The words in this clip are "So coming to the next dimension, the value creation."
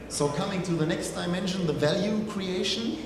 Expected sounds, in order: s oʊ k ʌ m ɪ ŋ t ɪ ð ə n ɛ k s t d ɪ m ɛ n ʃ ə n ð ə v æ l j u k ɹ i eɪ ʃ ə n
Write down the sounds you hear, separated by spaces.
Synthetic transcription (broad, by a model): s oʊ k ʌ m ɪ ŋ t ɪ ð ə n ɛ k s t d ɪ m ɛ n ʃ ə n ð ə v æ l j u k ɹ i eɪ ʃ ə n